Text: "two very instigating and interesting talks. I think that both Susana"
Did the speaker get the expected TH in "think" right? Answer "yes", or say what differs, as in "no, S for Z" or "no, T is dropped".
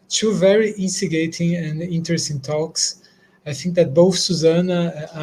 yes